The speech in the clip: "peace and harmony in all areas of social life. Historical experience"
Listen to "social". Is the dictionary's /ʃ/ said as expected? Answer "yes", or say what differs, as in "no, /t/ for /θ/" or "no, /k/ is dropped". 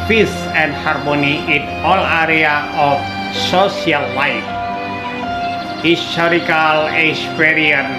no, /s/ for /ʃ/